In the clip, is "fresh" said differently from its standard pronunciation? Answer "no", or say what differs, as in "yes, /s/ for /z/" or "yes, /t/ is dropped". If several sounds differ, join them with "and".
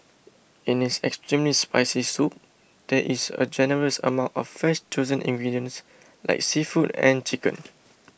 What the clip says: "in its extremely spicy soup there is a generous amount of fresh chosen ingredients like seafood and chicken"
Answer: yes, /ɹ/ is dropped